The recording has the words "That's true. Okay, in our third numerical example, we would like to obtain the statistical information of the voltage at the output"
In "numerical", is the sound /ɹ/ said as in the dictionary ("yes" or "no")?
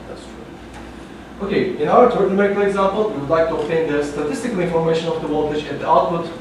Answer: no